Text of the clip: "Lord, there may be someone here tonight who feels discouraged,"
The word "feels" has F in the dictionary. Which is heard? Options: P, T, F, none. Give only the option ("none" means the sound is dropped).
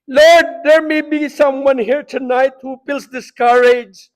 P